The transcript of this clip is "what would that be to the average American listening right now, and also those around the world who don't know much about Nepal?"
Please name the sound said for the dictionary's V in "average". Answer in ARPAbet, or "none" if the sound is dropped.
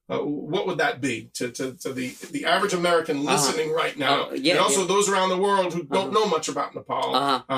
V